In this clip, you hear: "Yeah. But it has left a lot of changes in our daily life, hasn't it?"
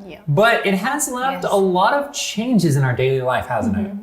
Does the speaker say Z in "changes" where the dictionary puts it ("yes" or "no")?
yes